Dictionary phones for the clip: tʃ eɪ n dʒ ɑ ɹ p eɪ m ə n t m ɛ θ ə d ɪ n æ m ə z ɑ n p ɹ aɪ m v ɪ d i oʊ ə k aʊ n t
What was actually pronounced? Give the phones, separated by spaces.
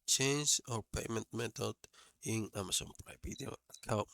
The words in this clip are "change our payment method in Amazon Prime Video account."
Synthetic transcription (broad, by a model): tʃ eɪ n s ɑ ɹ p eɪ m ə n t m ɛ t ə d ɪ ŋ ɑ m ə s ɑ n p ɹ aɪ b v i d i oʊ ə k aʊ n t